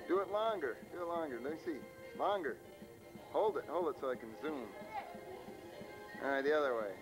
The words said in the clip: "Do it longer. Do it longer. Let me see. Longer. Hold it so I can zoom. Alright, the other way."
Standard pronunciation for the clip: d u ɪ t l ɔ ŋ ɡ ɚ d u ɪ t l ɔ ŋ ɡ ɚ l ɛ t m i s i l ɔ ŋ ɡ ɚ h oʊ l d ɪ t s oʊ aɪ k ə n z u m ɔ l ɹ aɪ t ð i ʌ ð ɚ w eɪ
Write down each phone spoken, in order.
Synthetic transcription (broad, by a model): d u ɪ t l ɔ ŋ ɡ ɚ d u ɪ t l ɔ ŋ ɡ ɚ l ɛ s i l ɔ ŋ ɡ ɚ h oʊ l d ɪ t s oʊ aɪ k ə n z u m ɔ ɹ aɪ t ð i ʌ ð ɚ w eɪ